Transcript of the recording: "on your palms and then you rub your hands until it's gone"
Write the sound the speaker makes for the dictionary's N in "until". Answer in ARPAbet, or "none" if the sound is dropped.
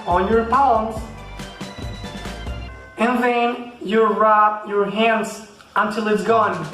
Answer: N